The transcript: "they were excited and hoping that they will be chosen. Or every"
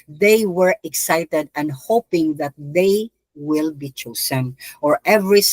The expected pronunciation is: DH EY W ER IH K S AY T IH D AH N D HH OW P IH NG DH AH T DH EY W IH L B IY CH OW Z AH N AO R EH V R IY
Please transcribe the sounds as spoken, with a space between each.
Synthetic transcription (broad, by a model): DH EY W ER IH K S AY T IH D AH N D HH OW P IH NG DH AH T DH EY W IH L B IY CH OW S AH N AO R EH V R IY